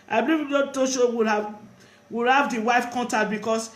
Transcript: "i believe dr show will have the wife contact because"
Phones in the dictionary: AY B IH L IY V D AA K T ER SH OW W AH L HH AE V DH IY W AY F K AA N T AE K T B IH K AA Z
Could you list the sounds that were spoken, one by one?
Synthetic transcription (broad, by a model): AY B IH L IY V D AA T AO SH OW W AH L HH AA V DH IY W AY F K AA N T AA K B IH K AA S